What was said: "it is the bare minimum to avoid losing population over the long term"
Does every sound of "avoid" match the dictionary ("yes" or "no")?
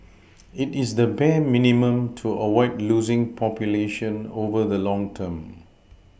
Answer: no